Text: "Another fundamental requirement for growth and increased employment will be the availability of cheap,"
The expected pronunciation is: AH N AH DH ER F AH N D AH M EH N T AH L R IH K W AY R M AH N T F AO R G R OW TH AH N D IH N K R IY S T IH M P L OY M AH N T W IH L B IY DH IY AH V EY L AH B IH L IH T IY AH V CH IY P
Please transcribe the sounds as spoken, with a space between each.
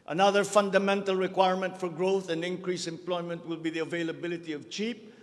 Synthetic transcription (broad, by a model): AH N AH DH ER F AH N D AH M EH N T AH L R IH K W AY R M AH N T F AO R G R OW TH AH N D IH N K R IY S IH M P L OY M AH N T W IH L B IY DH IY AH V EY L AH B IH L IH T IY AH V CH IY P